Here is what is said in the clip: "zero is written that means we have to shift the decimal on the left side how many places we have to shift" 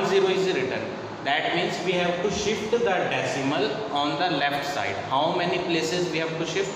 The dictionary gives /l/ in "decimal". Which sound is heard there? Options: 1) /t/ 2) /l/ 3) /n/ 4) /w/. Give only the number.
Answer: 2